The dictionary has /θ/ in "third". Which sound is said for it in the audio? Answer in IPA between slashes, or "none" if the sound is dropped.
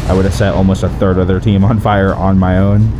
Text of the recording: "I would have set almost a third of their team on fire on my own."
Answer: /θ/